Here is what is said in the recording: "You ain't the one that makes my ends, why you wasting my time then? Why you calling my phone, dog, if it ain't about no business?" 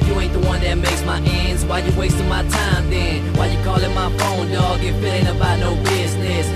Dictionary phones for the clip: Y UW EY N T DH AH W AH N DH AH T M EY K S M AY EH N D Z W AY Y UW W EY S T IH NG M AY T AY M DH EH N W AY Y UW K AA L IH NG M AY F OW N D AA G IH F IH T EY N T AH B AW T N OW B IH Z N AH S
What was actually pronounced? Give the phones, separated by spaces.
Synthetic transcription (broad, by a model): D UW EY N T DH AH W AH N DH AH T M EY K S M AY EH N D Z W AY Y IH W EY S T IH M AY T AY M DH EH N W AY Y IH K AA L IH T M AY F OW N D AA G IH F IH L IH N AH B AW T N OW B IH Z N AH S